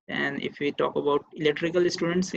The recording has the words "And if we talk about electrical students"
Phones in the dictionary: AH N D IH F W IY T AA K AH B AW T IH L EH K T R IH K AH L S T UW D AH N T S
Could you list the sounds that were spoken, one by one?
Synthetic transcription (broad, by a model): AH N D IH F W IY T AA K AH B AW T IH L EH K T R IH K AH L S T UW D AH N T S